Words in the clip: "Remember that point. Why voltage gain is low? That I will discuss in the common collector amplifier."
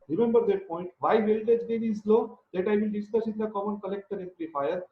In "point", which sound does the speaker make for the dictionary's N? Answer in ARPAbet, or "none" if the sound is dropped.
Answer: N